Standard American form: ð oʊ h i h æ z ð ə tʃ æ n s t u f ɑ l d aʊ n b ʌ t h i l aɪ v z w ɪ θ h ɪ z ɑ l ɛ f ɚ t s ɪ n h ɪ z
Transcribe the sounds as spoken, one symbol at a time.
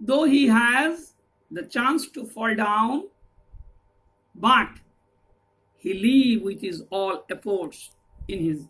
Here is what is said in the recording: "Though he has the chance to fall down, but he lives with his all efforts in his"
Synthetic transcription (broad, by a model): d oʊ h i h æ z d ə tʃ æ n s t u f ɑ l d aʊ n b ʌ t h i l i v w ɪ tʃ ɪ z ɑ l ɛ f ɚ t s ɪ n h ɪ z